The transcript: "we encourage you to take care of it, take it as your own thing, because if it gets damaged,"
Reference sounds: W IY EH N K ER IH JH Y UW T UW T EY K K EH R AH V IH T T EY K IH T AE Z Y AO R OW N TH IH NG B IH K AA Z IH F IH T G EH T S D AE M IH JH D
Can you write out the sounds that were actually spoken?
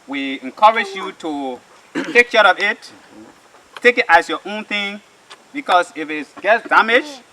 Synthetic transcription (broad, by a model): W IY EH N K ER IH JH Y UW T UW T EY K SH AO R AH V IH T T EY K IH T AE S Y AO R OW N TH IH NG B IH K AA S IH F IH T G EH T S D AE M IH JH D